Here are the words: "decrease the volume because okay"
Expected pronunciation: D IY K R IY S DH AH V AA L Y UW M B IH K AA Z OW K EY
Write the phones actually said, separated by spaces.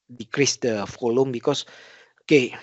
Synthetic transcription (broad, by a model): D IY K R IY S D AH F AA L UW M B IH K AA S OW K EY